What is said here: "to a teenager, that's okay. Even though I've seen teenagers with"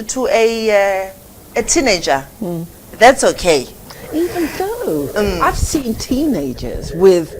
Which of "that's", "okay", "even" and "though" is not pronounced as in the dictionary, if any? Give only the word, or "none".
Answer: none